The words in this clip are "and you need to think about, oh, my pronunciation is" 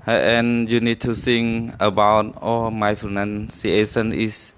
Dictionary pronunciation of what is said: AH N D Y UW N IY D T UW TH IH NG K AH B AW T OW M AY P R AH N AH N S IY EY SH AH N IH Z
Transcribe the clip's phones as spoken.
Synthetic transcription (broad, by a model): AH N Y UW N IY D T UW S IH NG AH B AW T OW M AY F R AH N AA N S IY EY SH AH N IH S